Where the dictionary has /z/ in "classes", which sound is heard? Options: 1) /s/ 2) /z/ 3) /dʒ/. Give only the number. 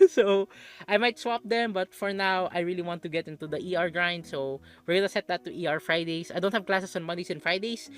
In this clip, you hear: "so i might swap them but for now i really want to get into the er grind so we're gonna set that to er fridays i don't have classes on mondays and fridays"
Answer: 1